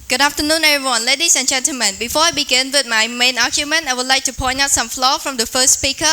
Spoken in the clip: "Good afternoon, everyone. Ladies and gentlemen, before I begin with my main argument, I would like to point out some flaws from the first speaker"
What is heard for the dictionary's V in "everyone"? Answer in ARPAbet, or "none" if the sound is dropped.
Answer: none